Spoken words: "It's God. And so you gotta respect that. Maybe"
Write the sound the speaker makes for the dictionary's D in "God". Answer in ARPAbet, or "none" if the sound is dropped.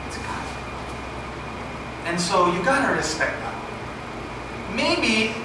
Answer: none